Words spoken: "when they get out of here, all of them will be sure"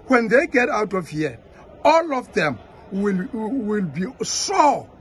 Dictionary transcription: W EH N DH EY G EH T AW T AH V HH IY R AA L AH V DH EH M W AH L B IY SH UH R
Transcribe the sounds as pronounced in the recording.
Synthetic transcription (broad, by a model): W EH N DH EY G EH T AW T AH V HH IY AA L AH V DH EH M W AH L B IY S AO